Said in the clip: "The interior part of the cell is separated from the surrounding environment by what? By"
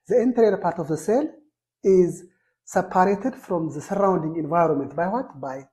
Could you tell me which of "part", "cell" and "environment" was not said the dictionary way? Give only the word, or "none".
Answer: none